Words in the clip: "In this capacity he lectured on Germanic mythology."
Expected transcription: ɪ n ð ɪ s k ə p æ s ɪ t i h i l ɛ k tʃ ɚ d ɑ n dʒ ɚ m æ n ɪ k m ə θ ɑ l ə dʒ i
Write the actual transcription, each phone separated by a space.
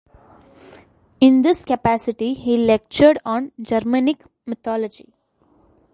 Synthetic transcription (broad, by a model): ɪ n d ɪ s k ə p æ s ɪ t i h i l ɛ k tʃ ɚ d ɑ n dʒ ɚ m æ n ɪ k m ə t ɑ l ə dʒ i